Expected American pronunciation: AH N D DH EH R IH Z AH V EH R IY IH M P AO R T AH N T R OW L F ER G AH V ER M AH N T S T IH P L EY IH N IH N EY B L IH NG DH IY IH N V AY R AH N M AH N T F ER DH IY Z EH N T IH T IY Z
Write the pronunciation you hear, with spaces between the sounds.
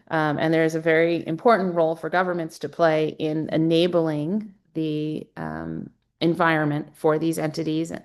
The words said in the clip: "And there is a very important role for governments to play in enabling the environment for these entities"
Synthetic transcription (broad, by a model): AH N DH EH R IH Z AH V EH R IY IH M P AO R T N T R OW L F ER G AH V ER M AH N T S T IH P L EY IH N IH N EY B L IH NG DH IY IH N V AY R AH N M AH N T F ER DH IY Z EH N T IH T IY Z